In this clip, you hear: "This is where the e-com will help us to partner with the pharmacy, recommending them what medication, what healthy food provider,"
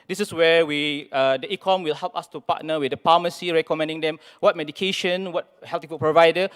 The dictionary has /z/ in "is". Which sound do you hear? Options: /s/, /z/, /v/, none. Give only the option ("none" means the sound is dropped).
/s/